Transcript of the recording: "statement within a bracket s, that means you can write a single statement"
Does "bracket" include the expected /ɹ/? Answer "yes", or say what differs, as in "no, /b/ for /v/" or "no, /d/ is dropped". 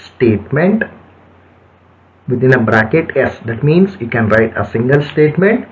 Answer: yes